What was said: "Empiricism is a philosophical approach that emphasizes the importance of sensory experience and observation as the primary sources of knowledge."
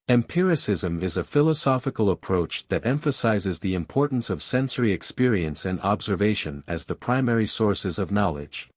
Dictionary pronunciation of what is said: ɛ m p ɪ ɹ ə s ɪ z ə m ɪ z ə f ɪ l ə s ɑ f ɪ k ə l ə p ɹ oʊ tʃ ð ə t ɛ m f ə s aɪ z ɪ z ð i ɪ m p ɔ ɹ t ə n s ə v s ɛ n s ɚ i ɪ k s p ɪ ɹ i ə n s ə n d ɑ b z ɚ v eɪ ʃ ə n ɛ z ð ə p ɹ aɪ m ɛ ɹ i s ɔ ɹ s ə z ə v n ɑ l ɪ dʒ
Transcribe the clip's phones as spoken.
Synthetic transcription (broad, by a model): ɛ m p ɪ ɹ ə s ɪ z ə m ɪ z ə f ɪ l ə s ɑ f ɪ k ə l ə p ɹ oʊ tʃ ð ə t ɛ m f ə s aɪ z ɪ z ð i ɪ m p ɔ ɹ t n s ə v s ɛ n s ɚ i ɪ k s p ɪ ɹ i ə n s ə n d ɑ b z ɚ v eɪ ʃ ə n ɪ z ð ə p ɹ aɪ m ɛ ɹ i s ɔ ɹ s ə z ə v n ɑ l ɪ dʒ